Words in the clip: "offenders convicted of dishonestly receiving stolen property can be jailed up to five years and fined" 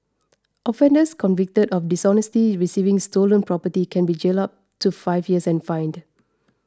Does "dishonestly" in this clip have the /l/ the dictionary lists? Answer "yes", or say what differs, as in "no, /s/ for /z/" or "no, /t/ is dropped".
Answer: no, /l/ is dropped